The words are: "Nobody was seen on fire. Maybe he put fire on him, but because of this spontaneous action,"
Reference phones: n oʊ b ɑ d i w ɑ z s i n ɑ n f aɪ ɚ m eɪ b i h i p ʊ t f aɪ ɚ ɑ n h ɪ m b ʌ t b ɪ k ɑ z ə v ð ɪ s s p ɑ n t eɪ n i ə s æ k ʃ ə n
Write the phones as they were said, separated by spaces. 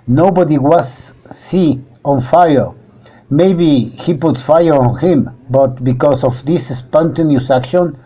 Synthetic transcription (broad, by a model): n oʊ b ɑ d i w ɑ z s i ɑ n f aɪ ɚ m eɪ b i h i p ʊ t f aɪ ɚ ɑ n h ɪ m b ʌ t b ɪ k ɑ s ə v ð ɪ s s p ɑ n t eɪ n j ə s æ k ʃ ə n